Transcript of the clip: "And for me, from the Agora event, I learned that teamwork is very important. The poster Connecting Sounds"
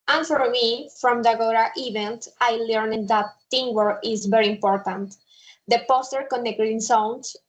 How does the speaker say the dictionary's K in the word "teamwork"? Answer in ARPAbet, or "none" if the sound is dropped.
none